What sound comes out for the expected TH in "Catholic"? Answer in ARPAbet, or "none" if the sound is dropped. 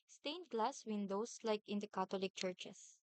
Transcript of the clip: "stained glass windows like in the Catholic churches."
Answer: T